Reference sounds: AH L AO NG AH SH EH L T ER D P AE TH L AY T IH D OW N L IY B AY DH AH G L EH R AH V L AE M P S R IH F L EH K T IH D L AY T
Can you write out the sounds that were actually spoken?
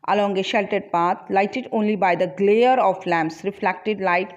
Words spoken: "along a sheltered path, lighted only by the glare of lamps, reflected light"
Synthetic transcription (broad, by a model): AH L AO NG AH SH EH L T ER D P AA T L AY T IH D OW N L IY B AY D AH G L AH R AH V L AE M P S R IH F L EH K T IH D L AY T